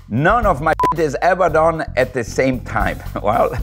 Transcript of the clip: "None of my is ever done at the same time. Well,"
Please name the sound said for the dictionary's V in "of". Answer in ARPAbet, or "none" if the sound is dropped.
V